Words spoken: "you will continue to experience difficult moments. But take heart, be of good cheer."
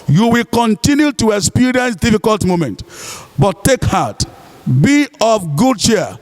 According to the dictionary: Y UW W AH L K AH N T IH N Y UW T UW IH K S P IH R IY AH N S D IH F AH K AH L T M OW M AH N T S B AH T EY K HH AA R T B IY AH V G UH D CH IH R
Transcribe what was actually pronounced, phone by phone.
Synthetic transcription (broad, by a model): Y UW W AH L K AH N T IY N Y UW T UW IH K S P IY R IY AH N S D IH F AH K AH L T M OW M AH N T B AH T EY K HH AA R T B IY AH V G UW D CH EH